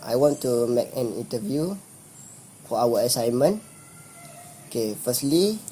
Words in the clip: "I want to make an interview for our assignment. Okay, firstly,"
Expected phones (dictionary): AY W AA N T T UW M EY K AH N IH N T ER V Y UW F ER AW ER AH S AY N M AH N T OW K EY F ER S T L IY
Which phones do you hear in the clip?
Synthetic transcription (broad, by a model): AY W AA N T T UW M EY K AH N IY N T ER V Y UW F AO AW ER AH S AY N M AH N OW K EY F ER S T L IY